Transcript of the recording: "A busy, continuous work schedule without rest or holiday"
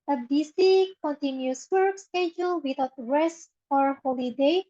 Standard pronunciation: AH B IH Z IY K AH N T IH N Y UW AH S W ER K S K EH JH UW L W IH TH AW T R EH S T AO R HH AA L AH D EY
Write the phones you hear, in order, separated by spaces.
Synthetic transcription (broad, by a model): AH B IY S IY K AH N T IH N Y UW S W ER K S K EH JH UW L W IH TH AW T R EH S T AO R HH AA L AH D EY